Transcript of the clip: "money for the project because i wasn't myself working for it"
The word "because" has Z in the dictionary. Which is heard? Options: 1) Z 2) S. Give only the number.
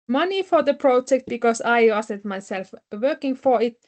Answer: 2